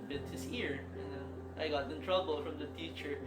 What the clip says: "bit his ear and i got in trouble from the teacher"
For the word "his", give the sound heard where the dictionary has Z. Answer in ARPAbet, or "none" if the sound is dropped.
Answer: S